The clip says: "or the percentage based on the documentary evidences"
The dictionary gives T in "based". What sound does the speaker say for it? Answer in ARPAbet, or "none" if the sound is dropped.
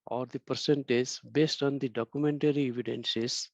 T